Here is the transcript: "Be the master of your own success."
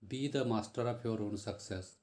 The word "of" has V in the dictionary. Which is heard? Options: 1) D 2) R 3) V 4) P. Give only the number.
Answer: 4